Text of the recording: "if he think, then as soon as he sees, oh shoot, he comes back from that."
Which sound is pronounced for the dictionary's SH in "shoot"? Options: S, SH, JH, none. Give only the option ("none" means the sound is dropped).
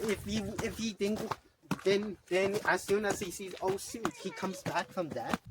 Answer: S